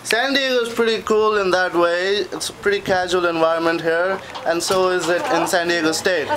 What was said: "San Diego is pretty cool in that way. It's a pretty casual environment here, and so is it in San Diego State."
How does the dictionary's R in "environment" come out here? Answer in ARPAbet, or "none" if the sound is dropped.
R